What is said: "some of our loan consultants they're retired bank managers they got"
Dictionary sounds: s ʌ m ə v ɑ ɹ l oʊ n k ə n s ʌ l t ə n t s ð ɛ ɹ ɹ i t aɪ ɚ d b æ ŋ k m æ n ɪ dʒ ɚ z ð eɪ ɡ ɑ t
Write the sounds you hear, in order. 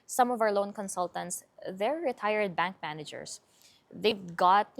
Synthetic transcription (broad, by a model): s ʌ m ə v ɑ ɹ l oʊ n k ə n s ʌ l t ə n t s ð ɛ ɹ ɹ i t aɪ ɚ d b æ ŋ k m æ n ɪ dʒ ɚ s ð eɪ ɡ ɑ t